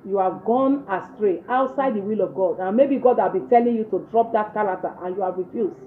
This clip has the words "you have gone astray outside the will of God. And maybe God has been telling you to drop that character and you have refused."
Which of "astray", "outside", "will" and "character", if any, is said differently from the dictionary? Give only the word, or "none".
character